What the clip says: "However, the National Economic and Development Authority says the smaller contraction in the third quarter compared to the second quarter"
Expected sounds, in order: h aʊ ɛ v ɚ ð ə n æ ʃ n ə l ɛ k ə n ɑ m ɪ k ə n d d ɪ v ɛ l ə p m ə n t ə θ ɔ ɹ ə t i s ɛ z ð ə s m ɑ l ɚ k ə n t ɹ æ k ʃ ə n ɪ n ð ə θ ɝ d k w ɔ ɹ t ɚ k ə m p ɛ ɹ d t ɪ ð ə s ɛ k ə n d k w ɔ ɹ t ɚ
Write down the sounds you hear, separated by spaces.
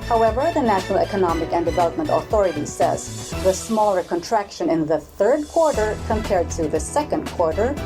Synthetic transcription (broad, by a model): h aʊ ɛ v ɚ ð ə n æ ʃ n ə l ɛ k ə n ɑ m ɪ k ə n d d ɪ v ɛ l ə p m ə n t ə θ ɔ ɹ ə t i s ɛ z ð ə s m ɑ l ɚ k ə n t ɹ æ k ʃ ə n ɪ n ð ə θ ɝ d k w ɔ ɹ t ɚ k ə m p ɛ ɹ d t ɪ ð ə s ɛ k ə n d k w ɔ ɹ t ɚ